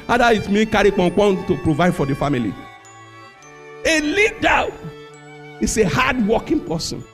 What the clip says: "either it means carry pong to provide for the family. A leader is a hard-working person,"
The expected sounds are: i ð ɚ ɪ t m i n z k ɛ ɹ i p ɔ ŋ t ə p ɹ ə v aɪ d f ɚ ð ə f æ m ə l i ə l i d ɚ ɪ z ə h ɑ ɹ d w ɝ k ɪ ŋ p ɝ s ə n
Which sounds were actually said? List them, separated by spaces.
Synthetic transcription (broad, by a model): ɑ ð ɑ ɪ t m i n k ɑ ɹ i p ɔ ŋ t ə p ɹ ə v aɪ d f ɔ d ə f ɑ m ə l i ə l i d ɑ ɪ s ə h ɑ d w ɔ k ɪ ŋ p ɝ s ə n